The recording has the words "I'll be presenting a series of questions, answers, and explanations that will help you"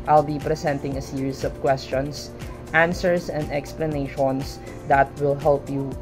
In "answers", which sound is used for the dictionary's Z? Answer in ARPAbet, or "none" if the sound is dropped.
S